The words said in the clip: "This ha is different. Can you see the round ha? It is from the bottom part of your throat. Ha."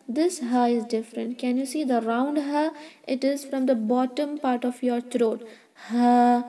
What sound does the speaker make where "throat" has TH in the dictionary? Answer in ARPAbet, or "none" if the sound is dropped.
T